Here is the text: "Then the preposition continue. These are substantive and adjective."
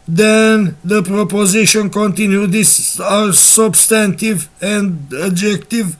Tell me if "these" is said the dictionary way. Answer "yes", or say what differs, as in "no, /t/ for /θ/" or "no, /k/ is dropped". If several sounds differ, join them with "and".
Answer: no, /s/ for /z/